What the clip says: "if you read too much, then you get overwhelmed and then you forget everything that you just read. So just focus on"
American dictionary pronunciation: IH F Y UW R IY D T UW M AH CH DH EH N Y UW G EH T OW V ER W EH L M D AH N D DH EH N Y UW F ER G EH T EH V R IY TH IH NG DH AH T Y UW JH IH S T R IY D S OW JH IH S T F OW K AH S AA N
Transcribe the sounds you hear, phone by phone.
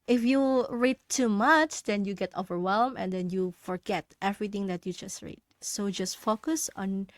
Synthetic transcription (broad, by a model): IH F Y UW R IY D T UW M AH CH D EH N Y UW G EH T OW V ER W EH L M AH N D EH N Y UW F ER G EH T EH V R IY T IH NG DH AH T Y UW JH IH S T R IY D S OW JH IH S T F OW K AH S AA N